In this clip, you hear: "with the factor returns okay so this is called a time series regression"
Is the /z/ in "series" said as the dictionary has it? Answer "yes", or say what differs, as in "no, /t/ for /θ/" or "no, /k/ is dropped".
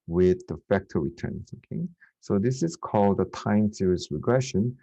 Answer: no, /s/ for /z/